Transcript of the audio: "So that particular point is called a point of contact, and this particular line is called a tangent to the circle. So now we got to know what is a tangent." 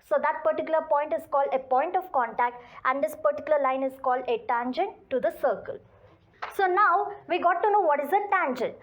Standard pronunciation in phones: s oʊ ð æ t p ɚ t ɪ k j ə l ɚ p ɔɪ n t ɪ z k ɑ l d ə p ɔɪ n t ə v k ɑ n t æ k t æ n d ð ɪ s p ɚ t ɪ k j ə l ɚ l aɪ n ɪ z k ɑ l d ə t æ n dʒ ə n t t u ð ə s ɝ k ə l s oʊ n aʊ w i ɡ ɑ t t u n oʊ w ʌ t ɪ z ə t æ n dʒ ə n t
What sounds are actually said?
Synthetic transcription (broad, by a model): s oʊ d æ t p ɚ t ɪ k j ə l ɚ p ɔɪ n t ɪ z k ɑ l d ə p ɔɪ n t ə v k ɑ n t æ k t æ n d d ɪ s p ɚ t ɪ k j ə l ɚ l aɪ n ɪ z k ɑ l d ə t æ n dʒ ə n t t u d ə s ɝ k ə l s oʊ n aʊ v i ɡ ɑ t t u n oʊ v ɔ t ɪ z ə t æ n dʒ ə n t